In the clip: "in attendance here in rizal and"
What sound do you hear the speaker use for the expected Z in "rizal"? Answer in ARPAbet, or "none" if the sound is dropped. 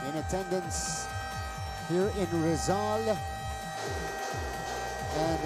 Z